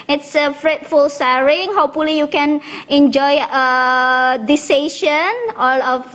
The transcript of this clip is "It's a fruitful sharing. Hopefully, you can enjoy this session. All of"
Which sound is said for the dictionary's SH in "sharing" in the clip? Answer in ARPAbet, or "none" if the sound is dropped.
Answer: S